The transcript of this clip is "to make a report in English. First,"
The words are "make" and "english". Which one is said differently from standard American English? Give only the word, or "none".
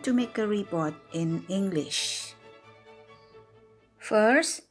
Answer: none